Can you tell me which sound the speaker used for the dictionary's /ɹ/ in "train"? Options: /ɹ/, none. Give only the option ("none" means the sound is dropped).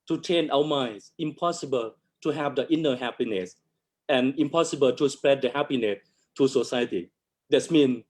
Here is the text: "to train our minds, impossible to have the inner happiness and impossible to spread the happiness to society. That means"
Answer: none